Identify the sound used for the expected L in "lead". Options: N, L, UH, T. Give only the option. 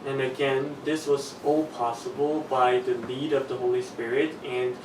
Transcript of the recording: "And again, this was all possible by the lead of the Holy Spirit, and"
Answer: N